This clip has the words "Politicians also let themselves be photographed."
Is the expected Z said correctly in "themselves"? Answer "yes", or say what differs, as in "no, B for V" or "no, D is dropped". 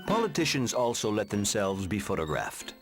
yes